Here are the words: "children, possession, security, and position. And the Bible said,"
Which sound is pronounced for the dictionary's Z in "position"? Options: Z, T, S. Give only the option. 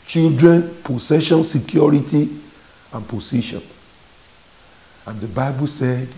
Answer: S